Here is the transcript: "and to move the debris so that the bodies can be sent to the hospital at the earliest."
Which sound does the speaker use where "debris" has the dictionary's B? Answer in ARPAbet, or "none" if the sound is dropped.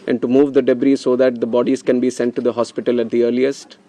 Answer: B